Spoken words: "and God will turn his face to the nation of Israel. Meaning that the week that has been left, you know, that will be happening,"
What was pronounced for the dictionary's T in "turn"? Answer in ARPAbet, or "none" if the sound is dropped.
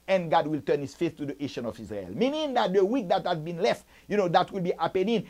T